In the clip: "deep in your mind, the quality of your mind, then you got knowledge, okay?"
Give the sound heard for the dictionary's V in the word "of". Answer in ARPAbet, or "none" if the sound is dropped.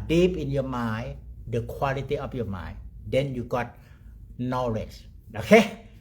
F